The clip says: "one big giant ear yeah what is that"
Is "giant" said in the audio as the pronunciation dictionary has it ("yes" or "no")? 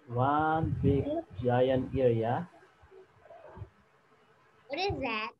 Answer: no